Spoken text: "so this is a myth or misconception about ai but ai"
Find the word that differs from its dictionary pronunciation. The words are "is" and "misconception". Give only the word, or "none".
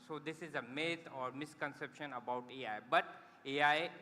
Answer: none